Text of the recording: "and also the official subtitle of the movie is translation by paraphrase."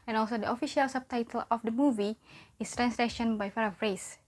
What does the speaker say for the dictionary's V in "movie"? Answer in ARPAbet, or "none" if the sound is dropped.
V